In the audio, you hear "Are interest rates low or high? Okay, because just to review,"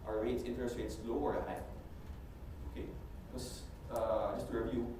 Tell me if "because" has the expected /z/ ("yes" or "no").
no